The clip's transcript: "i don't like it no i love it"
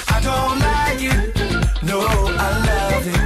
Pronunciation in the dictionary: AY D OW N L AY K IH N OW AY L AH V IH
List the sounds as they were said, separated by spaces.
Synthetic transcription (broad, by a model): AY D OW N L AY IH N OW AY L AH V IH